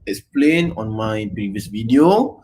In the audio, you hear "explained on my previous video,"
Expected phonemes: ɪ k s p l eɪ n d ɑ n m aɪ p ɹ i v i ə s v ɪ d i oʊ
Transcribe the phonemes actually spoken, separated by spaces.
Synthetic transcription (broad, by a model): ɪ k s p l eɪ n ɑ n m aɪ p ɹ i v i ə s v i d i oʊ